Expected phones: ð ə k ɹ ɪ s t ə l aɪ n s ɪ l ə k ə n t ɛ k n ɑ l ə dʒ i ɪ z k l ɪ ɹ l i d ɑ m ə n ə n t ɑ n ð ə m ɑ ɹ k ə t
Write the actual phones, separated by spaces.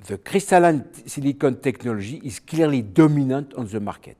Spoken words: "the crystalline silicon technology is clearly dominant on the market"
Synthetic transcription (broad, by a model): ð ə k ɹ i s t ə l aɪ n s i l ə k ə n t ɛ k n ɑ l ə ʒ i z k l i ɹ l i d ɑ m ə n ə t ɑ n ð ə m ɑ ɹ k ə t